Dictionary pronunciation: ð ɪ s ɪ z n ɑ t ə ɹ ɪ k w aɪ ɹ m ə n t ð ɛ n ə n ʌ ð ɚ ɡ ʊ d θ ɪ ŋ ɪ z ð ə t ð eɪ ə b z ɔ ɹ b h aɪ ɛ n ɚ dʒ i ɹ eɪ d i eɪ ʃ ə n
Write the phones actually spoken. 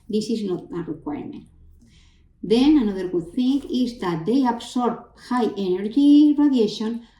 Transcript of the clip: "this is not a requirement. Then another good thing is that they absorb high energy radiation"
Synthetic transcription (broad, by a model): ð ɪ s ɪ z n ɑ t ə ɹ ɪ k w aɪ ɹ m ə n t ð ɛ n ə n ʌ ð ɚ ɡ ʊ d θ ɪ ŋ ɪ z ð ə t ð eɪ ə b s ɔ ɹ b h aɪ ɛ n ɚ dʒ i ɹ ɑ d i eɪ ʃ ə n